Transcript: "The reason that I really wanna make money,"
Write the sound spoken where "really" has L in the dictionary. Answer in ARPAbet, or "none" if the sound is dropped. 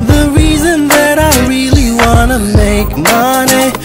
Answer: L